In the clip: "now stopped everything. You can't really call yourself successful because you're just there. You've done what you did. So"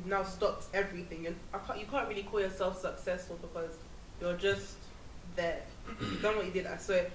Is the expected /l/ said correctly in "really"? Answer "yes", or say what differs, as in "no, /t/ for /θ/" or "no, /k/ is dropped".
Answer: yes